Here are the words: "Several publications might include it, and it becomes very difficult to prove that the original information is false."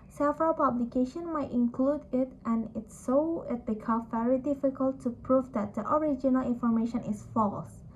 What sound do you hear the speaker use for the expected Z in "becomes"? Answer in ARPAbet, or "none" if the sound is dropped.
none